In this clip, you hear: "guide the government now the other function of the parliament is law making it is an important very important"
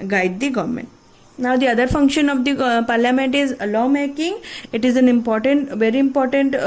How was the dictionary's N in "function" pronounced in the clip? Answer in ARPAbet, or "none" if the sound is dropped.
N